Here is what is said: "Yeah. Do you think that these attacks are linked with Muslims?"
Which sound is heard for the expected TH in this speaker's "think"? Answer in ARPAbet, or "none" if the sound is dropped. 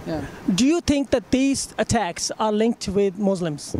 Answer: T